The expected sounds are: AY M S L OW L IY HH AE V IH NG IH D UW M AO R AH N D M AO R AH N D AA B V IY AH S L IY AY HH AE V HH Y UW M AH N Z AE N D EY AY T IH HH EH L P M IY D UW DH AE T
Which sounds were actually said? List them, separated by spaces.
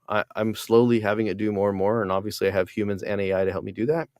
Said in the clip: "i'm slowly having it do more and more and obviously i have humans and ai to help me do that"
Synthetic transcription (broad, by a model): AY M S L OW L IY HH AE V IH NG IH D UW M AO R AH N M AO R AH N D AA B V IY AH S L IY AY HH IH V HH Y UW M AH N Z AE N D EY AY T IH HH EH L P M IY D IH DH AE T